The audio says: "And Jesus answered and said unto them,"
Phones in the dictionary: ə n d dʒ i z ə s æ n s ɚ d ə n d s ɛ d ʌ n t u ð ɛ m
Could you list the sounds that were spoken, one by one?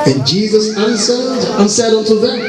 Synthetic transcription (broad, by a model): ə n dʒ i z ə s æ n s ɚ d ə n s ɛ d ʌ n t u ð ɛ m